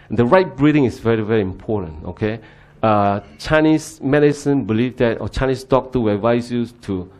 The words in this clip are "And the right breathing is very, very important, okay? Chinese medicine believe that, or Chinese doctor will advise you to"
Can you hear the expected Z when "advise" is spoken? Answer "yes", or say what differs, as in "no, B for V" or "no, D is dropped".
no, S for Z